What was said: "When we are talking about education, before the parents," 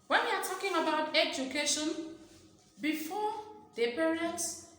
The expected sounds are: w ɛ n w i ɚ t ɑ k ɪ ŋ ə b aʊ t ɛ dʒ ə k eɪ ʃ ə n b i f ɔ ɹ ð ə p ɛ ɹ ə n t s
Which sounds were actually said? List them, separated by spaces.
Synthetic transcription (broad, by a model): w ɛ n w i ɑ t ɑ k ɪ ŋ ə b aʊ t ɛ dʒ ə k eɪ ʃ ə n b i f ɔ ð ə p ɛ ɹ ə n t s